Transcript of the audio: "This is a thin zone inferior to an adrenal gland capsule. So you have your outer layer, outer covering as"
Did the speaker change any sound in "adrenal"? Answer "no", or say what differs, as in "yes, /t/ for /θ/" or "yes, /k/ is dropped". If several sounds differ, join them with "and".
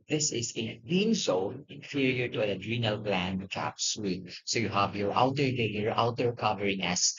no